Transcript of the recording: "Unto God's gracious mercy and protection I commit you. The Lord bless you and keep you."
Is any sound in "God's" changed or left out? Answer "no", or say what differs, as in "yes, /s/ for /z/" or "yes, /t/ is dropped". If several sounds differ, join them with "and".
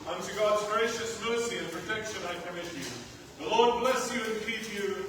no